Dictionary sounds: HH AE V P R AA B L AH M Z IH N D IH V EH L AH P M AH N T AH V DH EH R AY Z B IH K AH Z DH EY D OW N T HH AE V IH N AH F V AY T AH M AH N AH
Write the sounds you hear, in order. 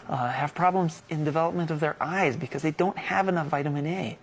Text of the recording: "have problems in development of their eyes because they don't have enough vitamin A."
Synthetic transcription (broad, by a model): HH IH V P R AA B L AH M Z IH N D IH V EH L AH P M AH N T AH V DH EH R AY Z B IH K AH Z DH EY D OW N T HH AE V IH N AH F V AY T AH M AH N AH